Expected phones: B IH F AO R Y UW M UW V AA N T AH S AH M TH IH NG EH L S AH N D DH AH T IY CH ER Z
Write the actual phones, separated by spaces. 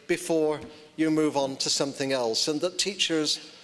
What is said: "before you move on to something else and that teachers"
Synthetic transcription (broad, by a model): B IH F AO R Y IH M UW V N T AH S AH M TH IH NG EH L S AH N DH AH T IY CH ER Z